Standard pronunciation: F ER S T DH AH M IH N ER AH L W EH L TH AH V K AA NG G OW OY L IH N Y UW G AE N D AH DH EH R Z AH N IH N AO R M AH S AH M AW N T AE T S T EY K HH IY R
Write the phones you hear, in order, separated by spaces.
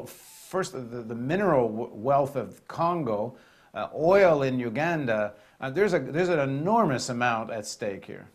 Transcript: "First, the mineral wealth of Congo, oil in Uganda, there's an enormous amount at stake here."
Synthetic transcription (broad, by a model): F ER S T DH AH M IH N ER L W EH L TH AH V K AA NG G OW OY L IH N Y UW G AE N D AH DH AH R Z AH N IH N AO R M AH S AH M AW N T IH T S T EY K HH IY R